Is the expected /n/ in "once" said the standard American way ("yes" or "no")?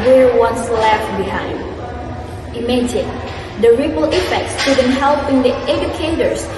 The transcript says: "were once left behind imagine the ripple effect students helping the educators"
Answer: yes